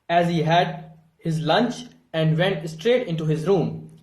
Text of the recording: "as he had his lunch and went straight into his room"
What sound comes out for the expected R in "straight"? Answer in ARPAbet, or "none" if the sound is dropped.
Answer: R